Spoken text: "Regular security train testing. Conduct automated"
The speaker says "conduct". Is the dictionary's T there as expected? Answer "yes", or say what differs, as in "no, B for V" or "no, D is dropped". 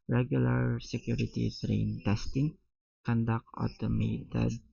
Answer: no, T is dropped